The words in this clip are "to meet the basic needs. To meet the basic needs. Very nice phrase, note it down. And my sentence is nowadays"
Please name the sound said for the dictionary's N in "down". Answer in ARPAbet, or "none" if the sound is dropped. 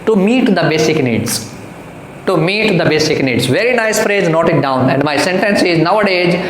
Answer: N